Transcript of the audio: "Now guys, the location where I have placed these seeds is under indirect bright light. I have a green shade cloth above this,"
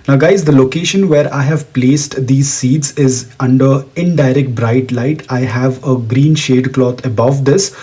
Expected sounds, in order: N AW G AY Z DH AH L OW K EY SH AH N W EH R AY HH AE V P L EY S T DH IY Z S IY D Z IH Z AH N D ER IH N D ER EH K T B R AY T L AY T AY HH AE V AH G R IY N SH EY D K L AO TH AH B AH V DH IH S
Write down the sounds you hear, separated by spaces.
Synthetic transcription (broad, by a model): N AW G AY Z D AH L OW K EY SH AH N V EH R AY HH AE V P L EY S T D IY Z S IY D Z IH Z AH N D ER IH N D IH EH K T B R AY T L AY T AY HH AE V AH G R IY N SH EY D K L AO T AH B AH V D IH S